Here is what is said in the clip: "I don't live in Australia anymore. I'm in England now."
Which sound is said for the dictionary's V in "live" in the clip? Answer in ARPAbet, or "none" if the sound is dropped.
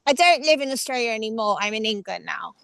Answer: V